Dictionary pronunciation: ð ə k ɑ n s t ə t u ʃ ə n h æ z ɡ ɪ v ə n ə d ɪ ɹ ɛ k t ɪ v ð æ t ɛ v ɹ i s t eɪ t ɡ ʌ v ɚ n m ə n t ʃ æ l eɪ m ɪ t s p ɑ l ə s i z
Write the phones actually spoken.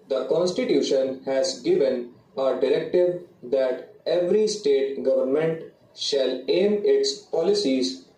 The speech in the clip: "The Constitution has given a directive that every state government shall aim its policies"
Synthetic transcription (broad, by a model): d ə k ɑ n s t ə t u ʃ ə n h æ z ɡ ɪ v ə n ə d ɪ ɹ ɛ k t ɪ v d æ t ɛ v ɹ i s t eɪ t ɡ ʌ v ɚ n m ə n t ʃ æ l eɪ m ɪ t s p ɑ l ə s i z